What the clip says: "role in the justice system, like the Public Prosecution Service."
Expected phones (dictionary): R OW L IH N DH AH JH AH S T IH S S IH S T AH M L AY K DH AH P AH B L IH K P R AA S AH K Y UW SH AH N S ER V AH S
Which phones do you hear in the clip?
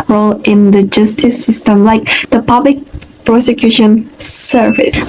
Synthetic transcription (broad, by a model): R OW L IH N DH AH JH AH S T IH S S IH S T AH M L AY K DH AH P AH B L IH K P R AA S AH K Y UW SH AH N S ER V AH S